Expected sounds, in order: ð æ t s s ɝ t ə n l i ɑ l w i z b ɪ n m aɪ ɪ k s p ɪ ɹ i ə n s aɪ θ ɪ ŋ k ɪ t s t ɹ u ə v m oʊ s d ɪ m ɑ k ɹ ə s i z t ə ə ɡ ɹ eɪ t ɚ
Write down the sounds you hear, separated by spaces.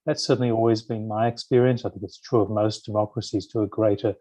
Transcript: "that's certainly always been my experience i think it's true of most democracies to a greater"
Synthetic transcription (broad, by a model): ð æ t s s ɝ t n l i ɑ l w i z b ɪ n m aɪ ɪ k s p ɪ ɹ i ə n s aɪ θ ɪ ŋ k ɪ t s t ɹ u ə v m oʊ s d ɪ m ɑ k ɹ ə s i z t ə ə ɡ ɹ eɪ t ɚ